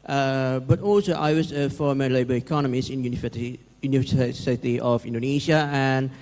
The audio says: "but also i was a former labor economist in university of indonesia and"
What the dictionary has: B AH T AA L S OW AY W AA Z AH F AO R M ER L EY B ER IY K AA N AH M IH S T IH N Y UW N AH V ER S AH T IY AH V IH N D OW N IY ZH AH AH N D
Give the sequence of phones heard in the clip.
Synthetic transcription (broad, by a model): B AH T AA L S OW AY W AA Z AH F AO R M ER L EY B ER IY K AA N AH M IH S IH N Y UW N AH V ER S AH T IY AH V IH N D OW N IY SH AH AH N